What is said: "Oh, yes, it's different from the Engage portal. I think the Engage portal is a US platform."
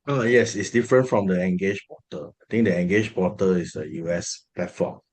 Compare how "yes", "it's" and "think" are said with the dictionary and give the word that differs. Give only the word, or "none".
think